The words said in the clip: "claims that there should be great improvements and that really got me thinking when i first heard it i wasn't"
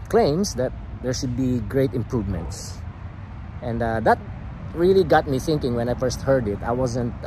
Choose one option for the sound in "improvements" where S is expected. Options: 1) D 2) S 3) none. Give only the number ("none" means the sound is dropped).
2